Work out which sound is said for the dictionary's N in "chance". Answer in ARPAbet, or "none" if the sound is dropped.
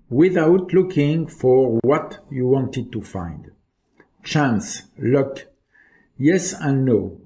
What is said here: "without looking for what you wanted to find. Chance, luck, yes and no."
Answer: N